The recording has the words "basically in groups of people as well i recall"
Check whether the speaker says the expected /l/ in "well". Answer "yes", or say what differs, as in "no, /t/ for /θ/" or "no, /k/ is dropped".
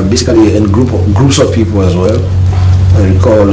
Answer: yes